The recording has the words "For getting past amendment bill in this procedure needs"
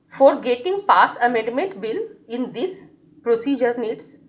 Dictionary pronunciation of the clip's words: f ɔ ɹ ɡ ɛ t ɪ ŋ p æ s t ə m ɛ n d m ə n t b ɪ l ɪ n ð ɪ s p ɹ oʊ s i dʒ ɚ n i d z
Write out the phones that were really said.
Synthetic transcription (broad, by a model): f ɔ ɹ ɡ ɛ t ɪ ŋ p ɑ s ə m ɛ d m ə n t b ɪ l ɪ n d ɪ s p ɹ oʊ s i dʒ ɚ n i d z